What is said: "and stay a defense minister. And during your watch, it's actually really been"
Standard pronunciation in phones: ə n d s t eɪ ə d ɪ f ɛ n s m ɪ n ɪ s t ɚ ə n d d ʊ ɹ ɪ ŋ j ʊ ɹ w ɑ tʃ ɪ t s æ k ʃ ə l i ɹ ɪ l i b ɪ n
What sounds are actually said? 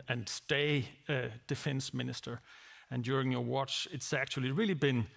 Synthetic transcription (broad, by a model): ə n s t eɪ ə d ɪ f ɛ n s m ɪ n ɪ s t ɚ ə n d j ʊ ɹ ɪ ŋ j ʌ ɹ w ɑ tʃ ɪ t s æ k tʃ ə l i ɹ ɪ l i b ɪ n